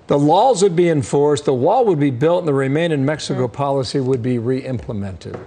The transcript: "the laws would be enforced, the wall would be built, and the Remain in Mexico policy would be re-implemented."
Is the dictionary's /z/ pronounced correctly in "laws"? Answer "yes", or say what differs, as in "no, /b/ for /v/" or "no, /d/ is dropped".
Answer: yes